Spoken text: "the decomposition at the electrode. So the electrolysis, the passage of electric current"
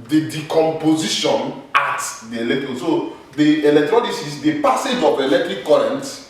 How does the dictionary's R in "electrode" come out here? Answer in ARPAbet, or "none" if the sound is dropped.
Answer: none